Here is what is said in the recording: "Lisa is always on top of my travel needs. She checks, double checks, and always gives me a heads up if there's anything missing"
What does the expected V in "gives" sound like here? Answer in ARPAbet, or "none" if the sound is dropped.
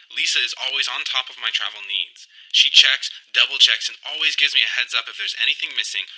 V